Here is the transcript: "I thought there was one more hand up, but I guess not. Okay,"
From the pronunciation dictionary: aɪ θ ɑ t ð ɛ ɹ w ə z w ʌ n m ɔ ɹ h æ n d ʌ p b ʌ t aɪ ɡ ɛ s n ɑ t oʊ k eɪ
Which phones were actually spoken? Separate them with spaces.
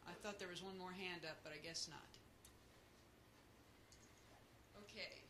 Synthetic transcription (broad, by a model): aɪ θ ɑ t ð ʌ ɹ w ə z w ʌ n m ɔ ɹ h æ n d ʌ p b ʌ t aɪ ɡ ɛ s n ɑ t oʊ k eɪ